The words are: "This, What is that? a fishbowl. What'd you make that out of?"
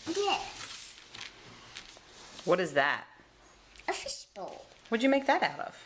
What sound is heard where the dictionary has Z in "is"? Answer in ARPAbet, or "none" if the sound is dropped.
Z